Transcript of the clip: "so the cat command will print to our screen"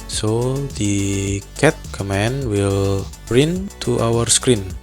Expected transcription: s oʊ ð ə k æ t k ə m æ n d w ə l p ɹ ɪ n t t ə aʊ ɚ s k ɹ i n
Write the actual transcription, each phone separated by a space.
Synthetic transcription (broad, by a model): s oʊ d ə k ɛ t k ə m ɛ n w ə l b ɹ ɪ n t t aʊ ɚ s k ɹ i n